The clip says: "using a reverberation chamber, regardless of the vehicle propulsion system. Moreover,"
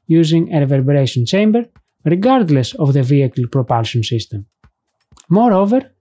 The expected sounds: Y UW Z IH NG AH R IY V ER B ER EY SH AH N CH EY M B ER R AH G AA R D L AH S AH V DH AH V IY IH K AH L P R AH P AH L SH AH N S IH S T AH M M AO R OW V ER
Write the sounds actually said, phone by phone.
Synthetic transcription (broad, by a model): Y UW Z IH NG AH R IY V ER B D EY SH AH N CH EY M B ER R AH G AA R D L AH S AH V DH AH V IY IH K AH L P R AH P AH L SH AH N S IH S T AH M M AO R OW V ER